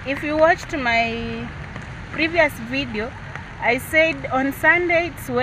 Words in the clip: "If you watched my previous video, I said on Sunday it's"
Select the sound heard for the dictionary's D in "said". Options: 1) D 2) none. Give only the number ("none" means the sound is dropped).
1